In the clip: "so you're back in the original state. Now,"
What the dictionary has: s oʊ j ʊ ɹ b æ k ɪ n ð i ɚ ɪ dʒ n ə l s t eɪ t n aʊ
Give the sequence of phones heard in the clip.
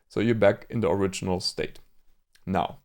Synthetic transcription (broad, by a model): s oʊ j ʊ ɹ b æ k ɪ n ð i ɚ ɪ dʒ n ə l s t eɪ t n aʊ